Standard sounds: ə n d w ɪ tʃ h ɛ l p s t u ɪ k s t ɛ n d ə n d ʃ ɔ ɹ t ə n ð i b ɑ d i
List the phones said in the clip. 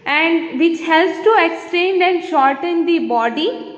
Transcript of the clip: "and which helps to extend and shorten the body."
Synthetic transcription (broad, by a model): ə n d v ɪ tʃ h ɛ l p s t u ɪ k s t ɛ n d ə n d ʃ ɔ ɹ t ə n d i b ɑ d i